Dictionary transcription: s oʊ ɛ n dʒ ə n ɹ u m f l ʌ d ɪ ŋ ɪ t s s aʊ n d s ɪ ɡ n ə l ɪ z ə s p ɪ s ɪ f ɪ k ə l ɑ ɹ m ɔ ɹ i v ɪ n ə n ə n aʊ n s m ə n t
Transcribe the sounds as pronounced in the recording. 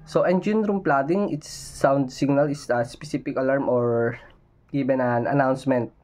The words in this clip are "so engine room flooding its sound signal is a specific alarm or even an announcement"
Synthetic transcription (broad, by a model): s oʊ ɛ n dʒ ə n ɹ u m p l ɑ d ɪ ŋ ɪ t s s aʊ n d s ɪ ɡ n ə l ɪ s ə s p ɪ s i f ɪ k ə l ɑ ɹ m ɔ ɹ i b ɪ n ə n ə n aʊ n s m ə n t